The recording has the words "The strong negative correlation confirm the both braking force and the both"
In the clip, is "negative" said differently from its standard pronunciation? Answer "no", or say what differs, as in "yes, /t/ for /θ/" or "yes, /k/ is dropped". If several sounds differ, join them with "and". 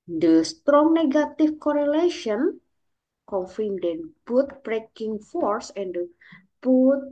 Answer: yes, /f/ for /v/